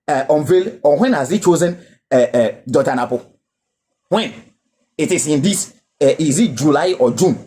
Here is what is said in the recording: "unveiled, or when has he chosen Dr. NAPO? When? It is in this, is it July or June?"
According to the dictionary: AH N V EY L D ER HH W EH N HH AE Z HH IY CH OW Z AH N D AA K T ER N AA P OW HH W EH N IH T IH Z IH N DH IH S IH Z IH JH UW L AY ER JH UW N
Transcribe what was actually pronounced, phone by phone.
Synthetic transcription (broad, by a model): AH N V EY L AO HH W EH N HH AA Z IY CH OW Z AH N D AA T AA N AA P OW HH W EH N IH T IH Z IH N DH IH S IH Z IH JH UW L AY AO JH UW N